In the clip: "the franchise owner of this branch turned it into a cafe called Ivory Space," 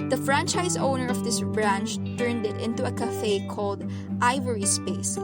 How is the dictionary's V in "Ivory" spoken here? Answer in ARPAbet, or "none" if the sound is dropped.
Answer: V